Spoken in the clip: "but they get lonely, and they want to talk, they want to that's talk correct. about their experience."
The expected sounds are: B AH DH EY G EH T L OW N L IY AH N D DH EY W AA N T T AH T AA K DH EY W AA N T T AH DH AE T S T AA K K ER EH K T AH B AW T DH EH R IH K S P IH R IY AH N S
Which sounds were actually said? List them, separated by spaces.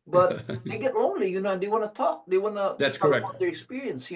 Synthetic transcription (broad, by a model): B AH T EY G EH T L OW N L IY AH N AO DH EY W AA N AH T AA K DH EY W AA N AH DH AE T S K K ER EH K AH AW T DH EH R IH K S P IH R IY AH N S